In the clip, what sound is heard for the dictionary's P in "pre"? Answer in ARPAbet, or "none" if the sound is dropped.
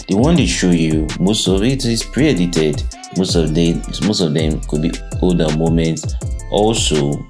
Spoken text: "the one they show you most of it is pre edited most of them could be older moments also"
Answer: P